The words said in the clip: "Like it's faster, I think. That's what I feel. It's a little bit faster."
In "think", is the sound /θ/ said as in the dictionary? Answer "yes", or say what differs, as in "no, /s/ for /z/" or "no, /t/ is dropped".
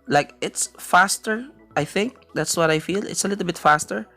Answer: yes